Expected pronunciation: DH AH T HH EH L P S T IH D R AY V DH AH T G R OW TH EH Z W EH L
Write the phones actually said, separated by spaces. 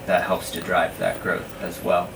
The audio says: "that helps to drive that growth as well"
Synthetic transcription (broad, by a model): DH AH T HH EH L P S T IH D R AY V DH AH T G R OW TH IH Z W EH L